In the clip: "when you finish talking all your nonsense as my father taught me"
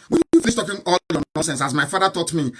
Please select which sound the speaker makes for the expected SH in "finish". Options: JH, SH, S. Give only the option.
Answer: S